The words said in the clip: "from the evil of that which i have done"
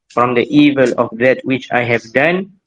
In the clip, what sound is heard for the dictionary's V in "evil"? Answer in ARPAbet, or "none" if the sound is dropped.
V